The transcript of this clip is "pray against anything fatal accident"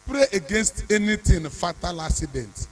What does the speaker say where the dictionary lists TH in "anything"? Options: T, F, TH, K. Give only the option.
T